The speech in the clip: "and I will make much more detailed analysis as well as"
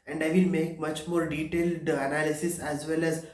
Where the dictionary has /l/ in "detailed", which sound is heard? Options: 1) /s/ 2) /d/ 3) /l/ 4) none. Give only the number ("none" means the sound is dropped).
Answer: 3